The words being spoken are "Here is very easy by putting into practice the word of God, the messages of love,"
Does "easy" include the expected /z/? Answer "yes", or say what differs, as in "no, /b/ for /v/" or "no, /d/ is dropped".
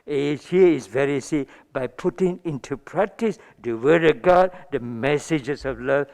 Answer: no, /s/ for /z/